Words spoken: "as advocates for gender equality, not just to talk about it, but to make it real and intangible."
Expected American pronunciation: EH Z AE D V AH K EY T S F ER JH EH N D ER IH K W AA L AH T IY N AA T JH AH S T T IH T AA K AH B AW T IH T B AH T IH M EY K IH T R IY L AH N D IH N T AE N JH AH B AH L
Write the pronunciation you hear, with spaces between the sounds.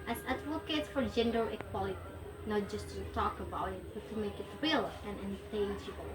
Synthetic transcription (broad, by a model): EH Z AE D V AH K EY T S F ER JH EH N D ER IH K W AA L AH T IY N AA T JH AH S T T IH T AA K AH B AW T IH T B AH T IH M EY K IH T R IY L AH N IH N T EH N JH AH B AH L